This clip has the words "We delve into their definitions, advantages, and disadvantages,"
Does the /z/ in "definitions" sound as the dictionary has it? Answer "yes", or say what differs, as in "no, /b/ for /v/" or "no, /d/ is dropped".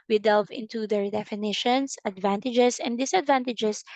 no, /s/ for /z/